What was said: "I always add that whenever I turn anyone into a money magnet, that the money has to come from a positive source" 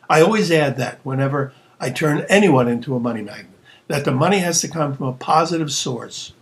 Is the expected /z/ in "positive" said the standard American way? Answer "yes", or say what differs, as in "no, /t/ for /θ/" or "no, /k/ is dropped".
yes